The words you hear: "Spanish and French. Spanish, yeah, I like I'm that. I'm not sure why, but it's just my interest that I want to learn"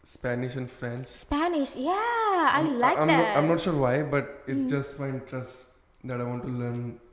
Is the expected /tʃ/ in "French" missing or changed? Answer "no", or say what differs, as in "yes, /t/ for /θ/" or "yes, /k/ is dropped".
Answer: no